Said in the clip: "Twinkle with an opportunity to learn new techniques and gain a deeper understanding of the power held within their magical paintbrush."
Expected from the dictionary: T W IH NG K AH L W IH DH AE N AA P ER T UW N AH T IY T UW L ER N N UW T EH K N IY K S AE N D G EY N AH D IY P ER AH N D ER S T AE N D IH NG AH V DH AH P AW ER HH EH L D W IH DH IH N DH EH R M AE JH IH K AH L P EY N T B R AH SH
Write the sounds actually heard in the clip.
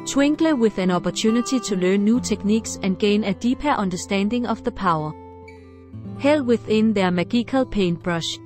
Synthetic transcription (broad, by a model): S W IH NG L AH W IH DH AE N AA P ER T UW N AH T IY S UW L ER N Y UW S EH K N IY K S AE N G EY N AH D IY P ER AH N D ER S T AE N D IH NG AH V DH AH P AW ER HH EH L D W IH DH IH N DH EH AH M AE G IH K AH L P EY N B R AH SH